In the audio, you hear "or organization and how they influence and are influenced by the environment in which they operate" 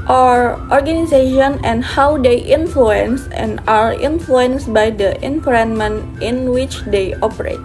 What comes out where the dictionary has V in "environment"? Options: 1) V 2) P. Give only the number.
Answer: 2